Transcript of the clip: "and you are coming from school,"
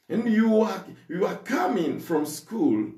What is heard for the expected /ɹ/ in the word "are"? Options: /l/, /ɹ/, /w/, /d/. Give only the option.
/w/